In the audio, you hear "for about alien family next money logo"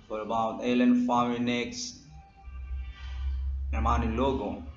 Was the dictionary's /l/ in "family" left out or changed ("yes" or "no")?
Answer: yes